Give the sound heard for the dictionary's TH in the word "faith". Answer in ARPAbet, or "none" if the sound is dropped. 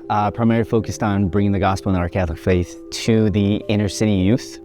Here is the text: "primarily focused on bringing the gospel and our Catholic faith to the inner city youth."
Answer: TH